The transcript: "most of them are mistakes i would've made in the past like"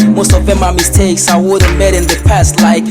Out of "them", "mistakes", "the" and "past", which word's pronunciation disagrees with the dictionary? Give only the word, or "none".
none